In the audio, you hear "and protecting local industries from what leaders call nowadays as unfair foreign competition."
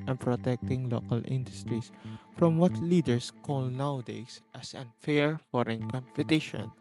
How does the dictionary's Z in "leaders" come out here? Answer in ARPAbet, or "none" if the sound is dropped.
S